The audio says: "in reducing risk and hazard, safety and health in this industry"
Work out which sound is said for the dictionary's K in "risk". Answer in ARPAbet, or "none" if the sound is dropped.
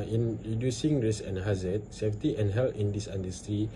none